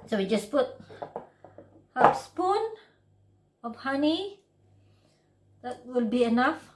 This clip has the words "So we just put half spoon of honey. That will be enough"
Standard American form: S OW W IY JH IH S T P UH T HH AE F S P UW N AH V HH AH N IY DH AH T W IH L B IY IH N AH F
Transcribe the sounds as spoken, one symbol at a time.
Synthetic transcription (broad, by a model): S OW W IY JH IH S P UH T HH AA P S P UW N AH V HH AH N IY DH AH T W IH L B IY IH N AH F